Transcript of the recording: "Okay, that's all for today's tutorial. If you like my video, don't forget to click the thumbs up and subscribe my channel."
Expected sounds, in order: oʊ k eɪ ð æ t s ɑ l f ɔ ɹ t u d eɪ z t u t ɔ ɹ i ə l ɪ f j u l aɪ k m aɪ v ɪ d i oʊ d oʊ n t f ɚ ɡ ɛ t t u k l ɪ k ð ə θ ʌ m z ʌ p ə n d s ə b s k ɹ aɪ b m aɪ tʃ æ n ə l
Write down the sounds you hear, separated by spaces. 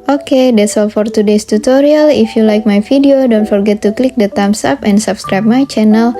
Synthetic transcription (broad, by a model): oʊ k eɪ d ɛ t s ɑ l f ɔ ɹ t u d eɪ s t u t ɔ ɹ i ə l ɪ f j u l aɪ k m aɪ f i d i oʊ d oʊ n t f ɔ ɡ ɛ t t u k l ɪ k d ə t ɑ m s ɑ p ə n d s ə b s k ɹ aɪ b m aɪ tʃ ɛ n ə l